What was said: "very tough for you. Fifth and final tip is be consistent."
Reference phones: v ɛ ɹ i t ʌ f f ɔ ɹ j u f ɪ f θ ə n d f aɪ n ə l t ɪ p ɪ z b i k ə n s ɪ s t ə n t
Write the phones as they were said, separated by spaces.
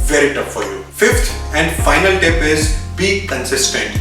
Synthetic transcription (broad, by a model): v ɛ ɹ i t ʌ p f ɔ ɹ j u f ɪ f t ə n d f aɪ n ə l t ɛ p ɪ z b i k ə n s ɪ s t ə n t